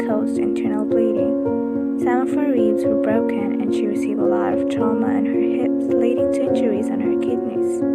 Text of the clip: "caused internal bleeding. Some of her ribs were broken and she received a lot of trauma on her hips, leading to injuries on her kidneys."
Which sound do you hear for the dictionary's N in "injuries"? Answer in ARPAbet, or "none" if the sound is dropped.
none